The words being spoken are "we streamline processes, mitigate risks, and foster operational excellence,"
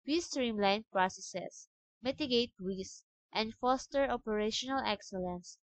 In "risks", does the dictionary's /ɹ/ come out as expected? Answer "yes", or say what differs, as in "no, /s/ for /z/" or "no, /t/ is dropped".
no, /w/ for /ɹ/